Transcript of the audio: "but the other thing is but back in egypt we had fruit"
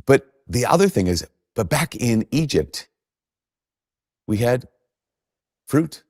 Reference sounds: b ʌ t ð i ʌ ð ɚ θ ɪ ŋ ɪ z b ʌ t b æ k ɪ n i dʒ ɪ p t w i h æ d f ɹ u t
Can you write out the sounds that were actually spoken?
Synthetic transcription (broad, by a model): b ʌ t ð i ʌ ð ɚ θ ɪ ŋ ɪ z b ʌ t b æ k ɪ n i dʒ ɪ p t w i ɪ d f ɹ u t